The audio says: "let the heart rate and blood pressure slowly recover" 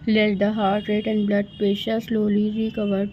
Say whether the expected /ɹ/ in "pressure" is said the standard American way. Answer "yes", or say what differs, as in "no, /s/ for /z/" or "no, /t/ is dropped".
no, /ɹ/ is dropped